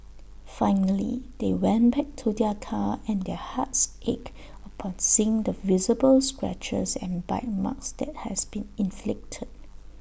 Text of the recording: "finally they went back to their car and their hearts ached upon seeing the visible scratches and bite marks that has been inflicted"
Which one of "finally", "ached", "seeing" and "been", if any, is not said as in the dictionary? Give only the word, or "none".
ached